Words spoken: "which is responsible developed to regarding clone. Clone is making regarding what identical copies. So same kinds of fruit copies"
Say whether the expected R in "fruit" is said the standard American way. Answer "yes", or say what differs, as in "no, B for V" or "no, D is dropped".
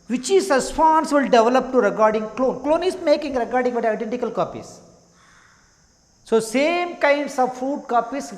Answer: no, R is dropped